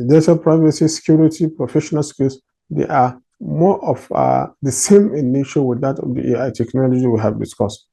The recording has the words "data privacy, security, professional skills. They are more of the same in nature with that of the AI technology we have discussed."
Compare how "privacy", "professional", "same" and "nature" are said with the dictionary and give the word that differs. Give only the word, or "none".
nature